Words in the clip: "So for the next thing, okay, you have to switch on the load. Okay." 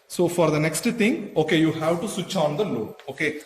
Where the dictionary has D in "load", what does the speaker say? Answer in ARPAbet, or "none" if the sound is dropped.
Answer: none